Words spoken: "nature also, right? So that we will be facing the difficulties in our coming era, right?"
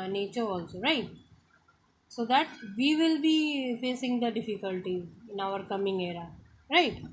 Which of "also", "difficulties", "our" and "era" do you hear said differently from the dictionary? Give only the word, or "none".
difficulties